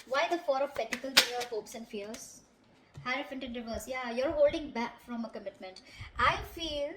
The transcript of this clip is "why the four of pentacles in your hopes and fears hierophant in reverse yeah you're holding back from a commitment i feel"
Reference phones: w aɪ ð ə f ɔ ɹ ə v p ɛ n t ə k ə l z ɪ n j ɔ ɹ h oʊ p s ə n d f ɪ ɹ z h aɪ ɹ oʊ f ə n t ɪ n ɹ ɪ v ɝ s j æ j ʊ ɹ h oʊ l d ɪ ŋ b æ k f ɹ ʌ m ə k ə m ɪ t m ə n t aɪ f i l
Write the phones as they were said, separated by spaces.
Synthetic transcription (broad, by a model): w aɪ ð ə f ɔ ɹ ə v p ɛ t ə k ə l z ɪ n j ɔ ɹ h oʊ p s ə n d f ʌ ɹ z h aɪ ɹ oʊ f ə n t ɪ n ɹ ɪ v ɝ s j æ j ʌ ɹ h oʊ l d ɪ ŋ b æ k f ɹ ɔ m ə k ə m ɪ t m ə n t aɪ f i l